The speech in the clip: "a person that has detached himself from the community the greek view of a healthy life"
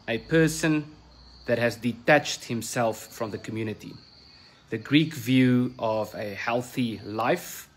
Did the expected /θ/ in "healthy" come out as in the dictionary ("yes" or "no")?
yes